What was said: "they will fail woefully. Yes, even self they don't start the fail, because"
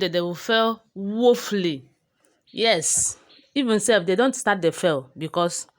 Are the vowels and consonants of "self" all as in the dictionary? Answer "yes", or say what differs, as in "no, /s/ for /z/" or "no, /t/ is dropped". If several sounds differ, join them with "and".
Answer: no, /l/ is dropped